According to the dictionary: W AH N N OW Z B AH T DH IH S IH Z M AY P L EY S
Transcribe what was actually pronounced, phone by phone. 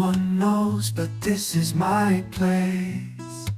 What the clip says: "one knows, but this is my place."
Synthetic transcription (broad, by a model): AH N N OW Z B AH T DH IH S IH Z M AY P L EY S